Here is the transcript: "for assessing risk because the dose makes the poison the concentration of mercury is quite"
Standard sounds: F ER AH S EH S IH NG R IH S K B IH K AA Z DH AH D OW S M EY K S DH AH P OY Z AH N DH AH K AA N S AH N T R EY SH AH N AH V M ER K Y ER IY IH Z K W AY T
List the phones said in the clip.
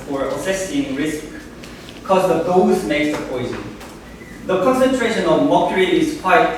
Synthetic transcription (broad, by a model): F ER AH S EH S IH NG R IH S K K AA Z DH AH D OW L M EY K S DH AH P OY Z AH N DH AH K AA N S AH N T R EY SH AH N AH V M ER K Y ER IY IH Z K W AY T